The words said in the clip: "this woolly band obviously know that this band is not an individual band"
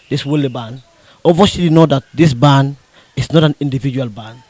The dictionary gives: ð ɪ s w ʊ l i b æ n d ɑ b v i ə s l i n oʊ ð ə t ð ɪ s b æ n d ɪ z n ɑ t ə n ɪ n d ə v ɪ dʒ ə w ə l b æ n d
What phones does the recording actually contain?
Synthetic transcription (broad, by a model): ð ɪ s w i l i b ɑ n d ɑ v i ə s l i n oʊ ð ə t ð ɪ s b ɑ n ɪ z n ɑ t ə n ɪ n d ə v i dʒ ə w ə l b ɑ n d